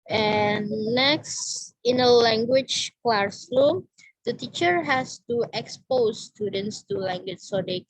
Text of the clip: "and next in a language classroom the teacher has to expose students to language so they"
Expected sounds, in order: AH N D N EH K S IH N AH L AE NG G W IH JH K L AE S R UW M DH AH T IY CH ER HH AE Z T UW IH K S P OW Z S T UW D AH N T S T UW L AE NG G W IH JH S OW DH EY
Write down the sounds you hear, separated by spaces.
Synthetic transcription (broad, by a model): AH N N EH K S IH N AH L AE NG G W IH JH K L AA S L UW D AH T IY CH ER HH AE S T UW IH K S P OW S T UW D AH N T S T UW L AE NG G W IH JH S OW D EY